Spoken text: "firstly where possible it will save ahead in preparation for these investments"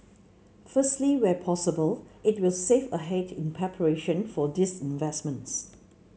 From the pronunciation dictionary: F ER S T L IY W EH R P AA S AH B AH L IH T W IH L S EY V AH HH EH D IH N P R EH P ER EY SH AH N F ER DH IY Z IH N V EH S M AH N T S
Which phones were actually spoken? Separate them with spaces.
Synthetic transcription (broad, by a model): F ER S T L IY W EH P AA S AH B AH L IH T W IH L S EY F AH HH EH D IH N P R EH P ER EY SH AH N F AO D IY S IH N V EH S M AH N T S